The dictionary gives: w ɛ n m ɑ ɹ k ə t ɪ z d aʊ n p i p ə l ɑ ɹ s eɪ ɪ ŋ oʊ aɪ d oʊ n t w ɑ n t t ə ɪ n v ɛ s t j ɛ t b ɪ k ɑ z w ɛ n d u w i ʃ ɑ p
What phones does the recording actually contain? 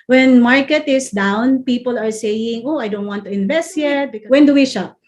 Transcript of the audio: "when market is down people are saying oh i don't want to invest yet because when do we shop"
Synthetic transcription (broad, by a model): w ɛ n m ɑ ɹ k ə t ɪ s d aʊ n p i p ə l ɑ ɹ s eɪ ɪ ŋ oʊ aɪ d oʊ n t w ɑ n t t ə ɪ n v ɛ s t j ɛ t b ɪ k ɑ w ɛ n d u w i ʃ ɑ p